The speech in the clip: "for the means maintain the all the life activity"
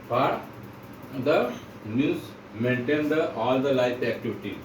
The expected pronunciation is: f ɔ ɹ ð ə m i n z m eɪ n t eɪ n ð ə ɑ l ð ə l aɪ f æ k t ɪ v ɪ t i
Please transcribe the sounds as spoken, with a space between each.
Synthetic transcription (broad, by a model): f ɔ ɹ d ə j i z m eɪ n t eɪ n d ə ɑ l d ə l aɪ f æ k t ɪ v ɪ t i